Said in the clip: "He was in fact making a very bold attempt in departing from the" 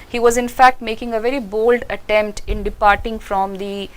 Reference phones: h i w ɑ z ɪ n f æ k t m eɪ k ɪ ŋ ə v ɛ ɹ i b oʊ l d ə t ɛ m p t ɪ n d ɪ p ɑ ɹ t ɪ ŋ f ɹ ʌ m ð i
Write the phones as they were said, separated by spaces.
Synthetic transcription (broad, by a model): h i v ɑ z ɪ n f æ k t m eɪ k ɪ ŋ ə v ɛ ɹ i b oʊ l d ə t ɛ m p t ɪ n d ɪ p ɑ ɹ t ɪ ŋ f ɹ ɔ m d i